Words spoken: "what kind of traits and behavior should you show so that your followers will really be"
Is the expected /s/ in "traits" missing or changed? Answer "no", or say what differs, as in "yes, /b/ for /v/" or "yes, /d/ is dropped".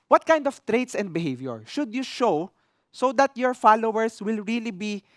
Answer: no